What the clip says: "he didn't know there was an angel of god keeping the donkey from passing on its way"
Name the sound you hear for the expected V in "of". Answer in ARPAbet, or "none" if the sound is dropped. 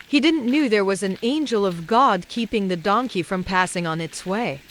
V